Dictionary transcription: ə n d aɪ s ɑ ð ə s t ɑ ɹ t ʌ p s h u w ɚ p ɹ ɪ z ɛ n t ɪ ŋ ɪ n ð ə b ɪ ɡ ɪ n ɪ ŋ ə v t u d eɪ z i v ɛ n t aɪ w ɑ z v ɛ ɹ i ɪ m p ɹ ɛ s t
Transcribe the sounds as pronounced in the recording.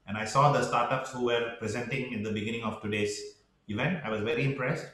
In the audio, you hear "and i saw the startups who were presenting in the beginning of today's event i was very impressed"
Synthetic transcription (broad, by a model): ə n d aɪ s ɑ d ə s t ɑ ɹ t ʌ p s h u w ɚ p ɹ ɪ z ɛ n t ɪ ŋ ɪ n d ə b ɪ ɡ ɪ n ɪ ŋ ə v t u d eɪ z i v ɛ n t aɪ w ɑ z v ɛ ɹ i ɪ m p ɹ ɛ s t